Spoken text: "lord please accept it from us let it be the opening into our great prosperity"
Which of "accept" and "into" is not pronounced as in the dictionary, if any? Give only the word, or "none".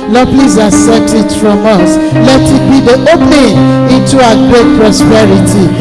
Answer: accept